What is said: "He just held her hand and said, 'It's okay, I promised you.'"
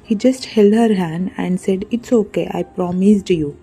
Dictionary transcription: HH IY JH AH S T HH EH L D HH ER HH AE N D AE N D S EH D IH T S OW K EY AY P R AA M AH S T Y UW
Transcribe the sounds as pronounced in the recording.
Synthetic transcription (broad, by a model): HH IY JH AH S T HH EH L D HH ER HH AE N D AE N D S EH D IH T S OW K EY AY P R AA M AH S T Y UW